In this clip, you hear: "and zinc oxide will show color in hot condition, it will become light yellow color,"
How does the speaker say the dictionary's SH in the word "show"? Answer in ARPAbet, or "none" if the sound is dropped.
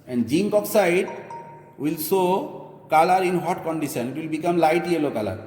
S